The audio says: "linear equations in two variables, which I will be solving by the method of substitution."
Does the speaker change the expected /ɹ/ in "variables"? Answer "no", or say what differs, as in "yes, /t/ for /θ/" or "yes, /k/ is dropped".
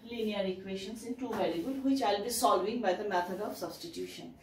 yes, /l/ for /ɹ/